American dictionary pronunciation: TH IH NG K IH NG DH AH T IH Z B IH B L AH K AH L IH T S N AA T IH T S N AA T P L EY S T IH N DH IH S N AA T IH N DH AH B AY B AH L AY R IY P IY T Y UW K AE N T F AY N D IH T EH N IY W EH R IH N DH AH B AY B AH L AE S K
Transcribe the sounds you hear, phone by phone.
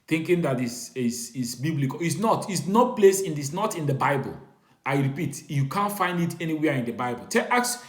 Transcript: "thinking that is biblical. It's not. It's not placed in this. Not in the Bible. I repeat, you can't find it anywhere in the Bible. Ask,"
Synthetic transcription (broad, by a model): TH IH NG K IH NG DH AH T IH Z B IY B L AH K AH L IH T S N AA T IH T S N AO P L EY S IH N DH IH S N AA T IH N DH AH B AY B AH L AY R IY P IY T Y UW K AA N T F AY N D IH T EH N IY W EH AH IH N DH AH B AY B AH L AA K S